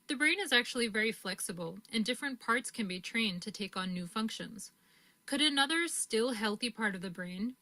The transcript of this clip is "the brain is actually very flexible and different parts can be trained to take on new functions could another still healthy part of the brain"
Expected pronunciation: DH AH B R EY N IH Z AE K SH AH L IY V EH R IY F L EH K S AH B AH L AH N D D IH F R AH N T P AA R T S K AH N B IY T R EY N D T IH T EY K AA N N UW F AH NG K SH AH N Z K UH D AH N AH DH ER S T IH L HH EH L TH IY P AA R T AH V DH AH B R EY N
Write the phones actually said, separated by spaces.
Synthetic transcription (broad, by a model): DH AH B R EY N IH Z AE K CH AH L IY V EH R IY F L EH K S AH B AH L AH N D D IH F R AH N P AA R T S K AH N B IY T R EY N T IH T EY K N N UW F AH NG K SH AH N Z K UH D AH N AH DH ER S T IH L HH EH L TH IY P AA R T AH V DH AH B R EY N